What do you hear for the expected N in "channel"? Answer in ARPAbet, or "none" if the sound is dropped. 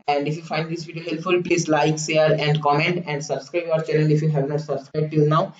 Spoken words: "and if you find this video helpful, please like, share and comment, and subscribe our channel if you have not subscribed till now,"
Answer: L